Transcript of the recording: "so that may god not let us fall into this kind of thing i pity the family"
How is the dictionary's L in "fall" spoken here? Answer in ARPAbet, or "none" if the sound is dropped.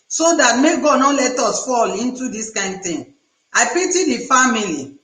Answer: L